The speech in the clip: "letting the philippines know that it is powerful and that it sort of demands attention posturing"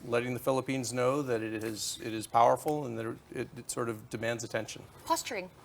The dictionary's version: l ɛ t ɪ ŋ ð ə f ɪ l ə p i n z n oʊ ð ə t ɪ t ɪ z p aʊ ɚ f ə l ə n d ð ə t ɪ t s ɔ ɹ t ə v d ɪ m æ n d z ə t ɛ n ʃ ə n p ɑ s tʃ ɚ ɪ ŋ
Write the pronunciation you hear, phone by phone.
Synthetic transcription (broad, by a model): l ɛ t ɪ ŋ ð ə f ɪ l ə p i n z n oʊ ð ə t ɪ t ɪ z p aʊ ɚ f l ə n ð ə t ɪ t s ɔ ɹ t ə v d ɪ m æ n d z ə t ɛ n ʃ ə n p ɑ s tʃ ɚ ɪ ŋ